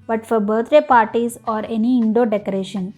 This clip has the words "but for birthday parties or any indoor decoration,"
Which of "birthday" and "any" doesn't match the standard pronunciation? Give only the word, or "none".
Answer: birthday